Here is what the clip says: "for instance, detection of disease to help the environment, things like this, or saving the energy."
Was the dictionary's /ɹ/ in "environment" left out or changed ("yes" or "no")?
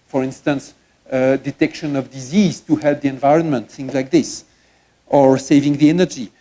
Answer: no